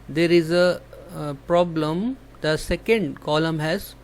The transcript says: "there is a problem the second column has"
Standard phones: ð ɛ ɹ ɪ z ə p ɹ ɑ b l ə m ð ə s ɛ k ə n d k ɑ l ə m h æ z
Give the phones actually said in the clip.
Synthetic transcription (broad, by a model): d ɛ ɹ ɪ z ə p ɹ ɑ b l ə m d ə s ɛ k ə n d k ɑ l ə m h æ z